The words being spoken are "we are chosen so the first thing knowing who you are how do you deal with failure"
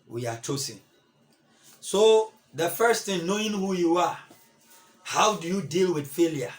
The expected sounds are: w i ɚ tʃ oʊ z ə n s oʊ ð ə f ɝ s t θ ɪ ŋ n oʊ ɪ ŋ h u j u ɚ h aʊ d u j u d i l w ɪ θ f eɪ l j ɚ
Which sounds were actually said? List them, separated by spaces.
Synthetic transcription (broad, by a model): w i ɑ tʃ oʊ s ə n s oʊ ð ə f ɝ s t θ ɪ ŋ n oʊ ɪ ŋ h u j u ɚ h aʊ d u j u d i l w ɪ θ f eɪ l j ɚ